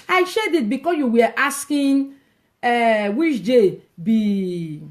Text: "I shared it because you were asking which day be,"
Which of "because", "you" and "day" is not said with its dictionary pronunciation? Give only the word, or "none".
because